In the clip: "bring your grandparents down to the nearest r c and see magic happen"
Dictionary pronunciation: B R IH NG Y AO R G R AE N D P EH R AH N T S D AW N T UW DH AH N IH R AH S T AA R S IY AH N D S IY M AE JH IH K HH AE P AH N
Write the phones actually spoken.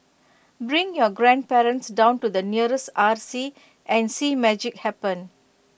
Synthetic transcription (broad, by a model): B R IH NG Y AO G R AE N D P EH R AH N T S D AW N T UW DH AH N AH R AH S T AA R S IY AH N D S IY M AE JH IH K HH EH P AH N